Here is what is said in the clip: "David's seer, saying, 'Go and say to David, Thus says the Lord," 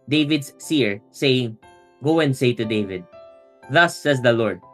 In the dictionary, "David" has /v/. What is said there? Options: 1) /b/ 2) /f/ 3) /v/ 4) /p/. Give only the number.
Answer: 3